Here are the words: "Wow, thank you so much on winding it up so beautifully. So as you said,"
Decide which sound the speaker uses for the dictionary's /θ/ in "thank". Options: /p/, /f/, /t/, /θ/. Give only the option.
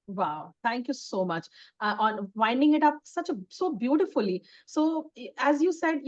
/t/